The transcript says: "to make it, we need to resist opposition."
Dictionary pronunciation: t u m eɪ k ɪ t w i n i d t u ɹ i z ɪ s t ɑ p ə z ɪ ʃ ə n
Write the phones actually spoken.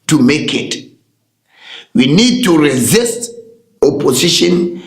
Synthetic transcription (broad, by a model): t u m eɪ k ɪ t w i n i d t u ɹ i z ɪ s t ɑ p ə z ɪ ʃ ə n